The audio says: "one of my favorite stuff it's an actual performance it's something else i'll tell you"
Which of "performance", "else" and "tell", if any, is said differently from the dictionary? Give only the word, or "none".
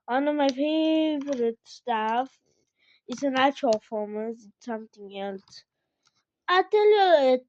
performance